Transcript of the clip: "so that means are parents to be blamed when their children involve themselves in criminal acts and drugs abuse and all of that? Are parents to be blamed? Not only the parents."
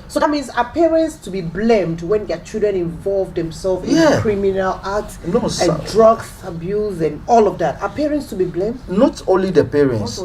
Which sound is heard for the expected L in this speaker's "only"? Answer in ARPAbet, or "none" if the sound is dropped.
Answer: L